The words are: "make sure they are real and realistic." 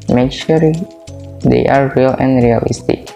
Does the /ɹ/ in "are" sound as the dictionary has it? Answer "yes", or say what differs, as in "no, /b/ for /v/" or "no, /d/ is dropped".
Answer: yes